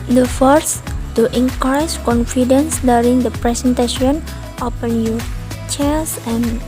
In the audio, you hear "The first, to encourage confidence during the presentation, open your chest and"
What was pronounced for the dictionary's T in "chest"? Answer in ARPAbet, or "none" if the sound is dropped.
none